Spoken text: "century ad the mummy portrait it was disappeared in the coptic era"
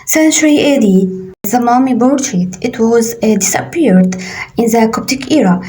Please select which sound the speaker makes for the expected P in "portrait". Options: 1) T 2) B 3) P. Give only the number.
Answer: 2